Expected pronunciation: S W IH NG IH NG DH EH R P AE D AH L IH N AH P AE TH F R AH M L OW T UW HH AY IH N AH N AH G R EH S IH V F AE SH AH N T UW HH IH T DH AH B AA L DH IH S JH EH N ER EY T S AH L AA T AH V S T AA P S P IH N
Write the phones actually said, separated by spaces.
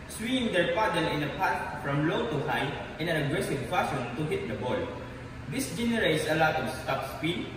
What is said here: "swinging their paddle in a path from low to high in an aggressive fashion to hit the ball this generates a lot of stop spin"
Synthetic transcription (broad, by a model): S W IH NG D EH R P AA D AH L IH N AH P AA T F R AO M L OW T UW HH AY IH N AH N AH G R EH S IH V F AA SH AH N T UW HH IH T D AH B AA L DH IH S JH EH N ER EY T S AH L AA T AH S T AA P S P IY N